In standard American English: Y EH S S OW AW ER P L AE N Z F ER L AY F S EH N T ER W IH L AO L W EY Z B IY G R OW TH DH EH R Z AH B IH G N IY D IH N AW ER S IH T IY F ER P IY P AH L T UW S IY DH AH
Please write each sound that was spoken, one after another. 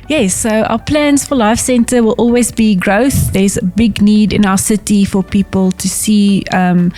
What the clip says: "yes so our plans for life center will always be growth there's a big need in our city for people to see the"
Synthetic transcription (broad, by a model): Y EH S S OW AW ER P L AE N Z F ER L AY F S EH N T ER W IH L AO L W EY Z B IY G R OW TH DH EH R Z AH B IH G N IY D IH N AW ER S IH T IY F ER P IY P AH L T UW S IY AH